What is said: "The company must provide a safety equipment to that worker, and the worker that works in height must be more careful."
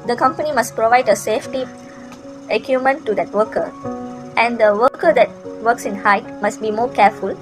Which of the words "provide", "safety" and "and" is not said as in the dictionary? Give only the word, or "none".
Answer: none